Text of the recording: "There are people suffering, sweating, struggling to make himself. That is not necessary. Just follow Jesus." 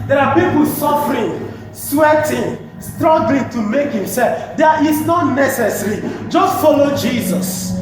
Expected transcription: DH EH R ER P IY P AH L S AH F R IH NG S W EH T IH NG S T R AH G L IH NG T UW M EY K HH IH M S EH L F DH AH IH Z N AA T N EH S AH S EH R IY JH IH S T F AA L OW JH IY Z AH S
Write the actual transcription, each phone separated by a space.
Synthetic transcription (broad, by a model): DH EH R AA P IY P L S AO F R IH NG S W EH T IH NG S T R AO G L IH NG T UW M EY K HH IH M S EH L F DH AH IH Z N AA T N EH S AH S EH R IY JH IH S T F AA L OW JH IY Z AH S